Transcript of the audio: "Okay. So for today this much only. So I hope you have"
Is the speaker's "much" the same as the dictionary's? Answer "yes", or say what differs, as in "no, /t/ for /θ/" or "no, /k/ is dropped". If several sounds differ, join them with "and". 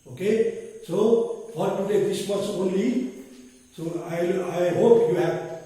no, /s/ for /tʃ/